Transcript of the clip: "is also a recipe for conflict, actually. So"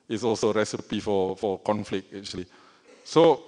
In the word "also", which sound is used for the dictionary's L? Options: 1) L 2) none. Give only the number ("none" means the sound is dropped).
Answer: 1